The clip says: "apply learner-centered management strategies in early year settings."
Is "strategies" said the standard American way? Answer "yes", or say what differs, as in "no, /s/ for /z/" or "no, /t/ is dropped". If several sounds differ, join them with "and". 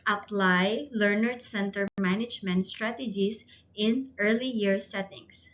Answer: no, /s/ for /z/